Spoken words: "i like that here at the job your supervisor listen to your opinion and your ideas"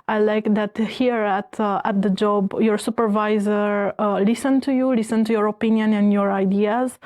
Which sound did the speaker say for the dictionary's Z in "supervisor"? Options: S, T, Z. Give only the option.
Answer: Z